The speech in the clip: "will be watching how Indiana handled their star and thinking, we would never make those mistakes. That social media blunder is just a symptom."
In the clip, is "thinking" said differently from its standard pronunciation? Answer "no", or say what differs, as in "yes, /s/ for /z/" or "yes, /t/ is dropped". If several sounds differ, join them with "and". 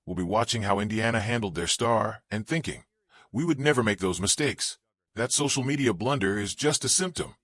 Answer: no